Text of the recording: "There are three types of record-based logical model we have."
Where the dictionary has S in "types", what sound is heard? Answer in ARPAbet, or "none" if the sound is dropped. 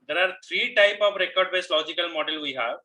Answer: none